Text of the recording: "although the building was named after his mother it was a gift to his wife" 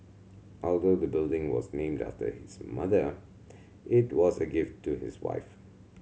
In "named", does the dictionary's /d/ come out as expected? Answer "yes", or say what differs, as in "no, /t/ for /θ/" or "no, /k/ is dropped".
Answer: yes